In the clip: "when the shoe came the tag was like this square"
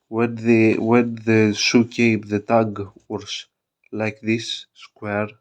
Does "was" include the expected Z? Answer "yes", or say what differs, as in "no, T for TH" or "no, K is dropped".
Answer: no, S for Z